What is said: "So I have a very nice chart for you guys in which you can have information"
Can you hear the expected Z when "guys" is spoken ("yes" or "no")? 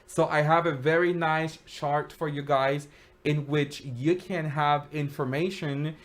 yes